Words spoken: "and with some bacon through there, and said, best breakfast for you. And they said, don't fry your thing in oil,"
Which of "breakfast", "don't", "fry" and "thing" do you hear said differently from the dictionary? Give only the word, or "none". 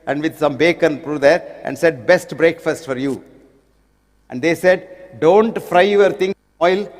thing